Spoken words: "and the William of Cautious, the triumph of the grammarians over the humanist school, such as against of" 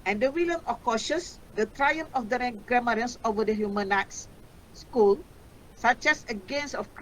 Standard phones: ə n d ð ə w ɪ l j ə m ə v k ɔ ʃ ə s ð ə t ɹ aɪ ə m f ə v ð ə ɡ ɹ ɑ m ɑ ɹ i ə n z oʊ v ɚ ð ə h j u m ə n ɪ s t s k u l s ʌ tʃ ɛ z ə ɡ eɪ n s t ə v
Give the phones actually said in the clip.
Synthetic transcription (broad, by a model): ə n d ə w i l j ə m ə k ɔ ʃ ə s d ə t ɹ aɪ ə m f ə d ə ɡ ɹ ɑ m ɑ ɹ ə n s oʊ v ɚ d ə h j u m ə n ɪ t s s k u l s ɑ tʃ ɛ s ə ɡ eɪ n s ə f